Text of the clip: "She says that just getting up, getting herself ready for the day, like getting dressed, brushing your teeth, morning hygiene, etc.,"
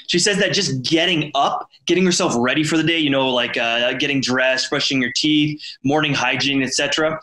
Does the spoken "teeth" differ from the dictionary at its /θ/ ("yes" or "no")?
no